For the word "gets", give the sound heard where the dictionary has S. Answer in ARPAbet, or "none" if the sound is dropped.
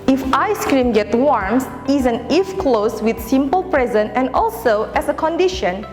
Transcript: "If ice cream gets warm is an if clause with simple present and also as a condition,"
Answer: none